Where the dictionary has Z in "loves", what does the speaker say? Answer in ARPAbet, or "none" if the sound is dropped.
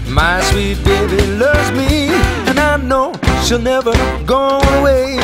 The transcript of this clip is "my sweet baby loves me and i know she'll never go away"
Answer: Z